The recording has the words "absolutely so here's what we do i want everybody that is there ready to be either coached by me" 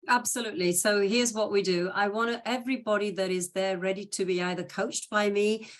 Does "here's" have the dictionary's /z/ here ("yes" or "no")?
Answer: yes